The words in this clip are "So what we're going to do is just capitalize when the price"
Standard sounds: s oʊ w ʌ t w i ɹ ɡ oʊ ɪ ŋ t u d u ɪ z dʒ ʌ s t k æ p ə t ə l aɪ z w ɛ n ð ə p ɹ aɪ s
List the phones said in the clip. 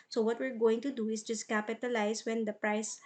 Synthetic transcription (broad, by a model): s oʊ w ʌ t w i ɹ ɡ oʊ ɪ ŋ t u d u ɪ s dʒ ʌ s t k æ p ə t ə l aɪ s w ɛ n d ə p ɹ aɪ s